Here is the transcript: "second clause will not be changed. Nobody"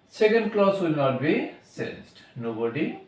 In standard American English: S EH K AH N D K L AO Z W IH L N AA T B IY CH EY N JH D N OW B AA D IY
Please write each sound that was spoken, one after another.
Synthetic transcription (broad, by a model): S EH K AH N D K L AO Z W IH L N AA T B IY S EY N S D N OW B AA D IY